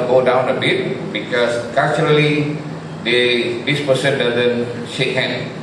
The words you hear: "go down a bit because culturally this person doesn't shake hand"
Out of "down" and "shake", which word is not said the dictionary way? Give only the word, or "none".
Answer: none